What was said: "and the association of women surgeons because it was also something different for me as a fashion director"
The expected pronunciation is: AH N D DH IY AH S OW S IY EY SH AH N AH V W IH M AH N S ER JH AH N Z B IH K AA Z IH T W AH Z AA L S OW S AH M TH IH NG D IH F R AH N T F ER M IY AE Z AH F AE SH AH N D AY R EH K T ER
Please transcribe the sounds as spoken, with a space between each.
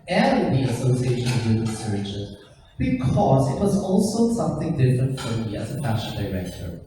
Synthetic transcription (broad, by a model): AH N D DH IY AH S OW S IY EY SH AH N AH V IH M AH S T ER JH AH Z B IH K AA Z IH T W AH Z AA L S OW S AH M TH IH NG D IH F R AH N T F ER M IY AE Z AH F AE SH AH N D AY R EH K T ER